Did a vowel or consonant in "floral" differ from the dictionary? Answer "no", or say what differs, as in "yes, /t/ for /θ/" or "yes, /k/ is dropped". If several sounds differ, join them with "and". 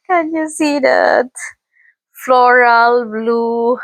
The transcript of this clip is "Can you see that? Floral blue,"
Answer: no